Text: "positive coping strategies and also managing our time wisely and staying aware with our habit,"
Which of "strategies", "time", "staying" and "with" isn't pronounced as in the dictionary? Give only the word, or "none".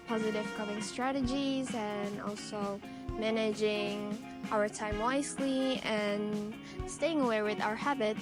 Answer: none